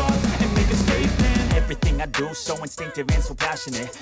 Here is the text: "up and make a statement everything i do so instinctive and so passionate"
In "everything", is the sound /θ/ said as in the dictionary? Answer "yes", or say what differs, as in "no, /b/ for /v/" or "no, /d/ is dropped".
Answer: yes